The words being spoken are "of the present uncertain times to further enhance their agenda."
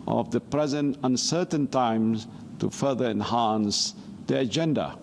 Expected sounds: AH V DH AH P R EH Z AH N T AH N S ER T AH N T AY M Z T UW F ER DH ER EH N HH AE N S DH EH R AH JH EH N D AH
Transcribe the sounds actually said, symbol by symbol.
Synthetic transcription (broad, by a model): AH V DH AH P R EH Z AH N T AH N S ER T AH N T AY M T UW F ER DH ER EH N HH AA N S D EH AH JH EH N D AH